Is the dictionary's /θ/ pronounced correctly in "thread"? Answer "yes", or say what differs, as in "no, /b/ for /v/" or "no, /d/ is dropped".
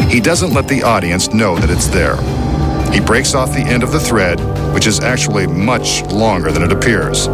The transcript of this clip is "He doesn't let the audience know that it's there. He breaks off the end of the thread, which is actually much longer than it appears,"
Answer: yes